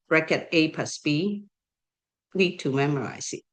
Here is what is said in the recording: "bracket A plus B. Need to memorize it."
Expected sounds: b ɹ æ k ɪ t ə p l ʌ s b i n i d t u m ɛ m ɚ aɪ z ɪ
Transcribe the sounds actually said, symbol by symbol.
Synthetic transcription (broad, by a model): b ɹ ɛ k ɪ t ə p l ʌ s b i l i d t u m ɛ m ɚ aɪ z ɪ